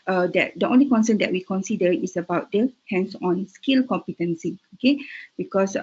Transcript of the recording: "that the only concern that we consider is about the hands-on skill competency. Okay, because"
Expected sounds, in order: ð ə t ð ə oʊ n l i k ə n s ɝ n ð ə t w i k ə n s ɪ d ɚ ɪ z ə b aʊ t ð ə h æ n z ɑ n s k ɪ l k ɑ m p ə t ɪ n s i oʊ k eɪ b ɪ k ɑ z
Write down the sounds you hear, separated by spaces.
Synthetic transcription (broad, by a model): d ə t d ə oʊ n l i k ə n s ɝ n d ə t w i k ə n s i d ɚ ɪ s ə b aʊ t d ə h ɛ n s ɑ n s k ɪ l k ɑ m p ə t ɪ n s i oʊ k eɪ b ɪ k ɑ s